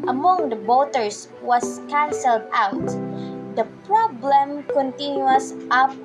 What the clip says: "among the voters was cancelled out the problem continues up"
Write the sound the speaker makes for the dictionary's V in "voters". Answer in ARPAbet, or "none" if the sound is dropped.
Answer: B